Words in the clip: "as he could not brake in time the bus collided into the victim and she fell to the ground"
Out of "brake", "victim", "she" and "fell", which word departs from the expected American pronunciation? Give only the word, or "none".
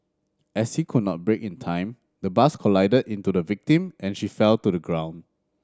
none